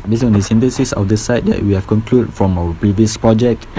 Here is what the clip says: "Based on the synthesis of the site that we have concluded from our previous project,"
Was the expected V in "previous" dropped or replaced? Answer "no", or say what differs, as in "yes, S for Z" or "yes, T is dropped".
no